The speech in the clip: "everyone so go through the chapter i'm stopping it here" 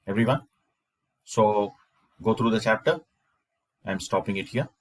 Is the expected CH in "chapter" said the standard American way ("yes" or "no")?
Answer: yes